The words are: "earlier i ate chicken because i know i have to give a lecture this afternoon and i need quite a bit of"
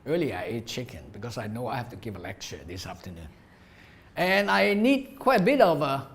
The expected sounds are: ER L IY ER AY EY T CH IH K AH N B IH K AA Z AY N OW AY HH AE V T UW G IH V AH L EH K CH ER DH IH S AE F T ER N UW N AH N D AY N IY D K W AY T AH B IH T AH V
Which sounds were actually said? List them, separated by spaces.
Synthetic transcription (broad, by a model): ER L IY AY EY T CH IH K AH N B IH K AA S AY N OW AY HH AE F T UW G IH V AH L EH K CH ER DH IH S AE F T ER N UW N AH N AY N IY D K W AY T AH B IH T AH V